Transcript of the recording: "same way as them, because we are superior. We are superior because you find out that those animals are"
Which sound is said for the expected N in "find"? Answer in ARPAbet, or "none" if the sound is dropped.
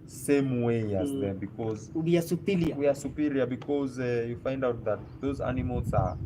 N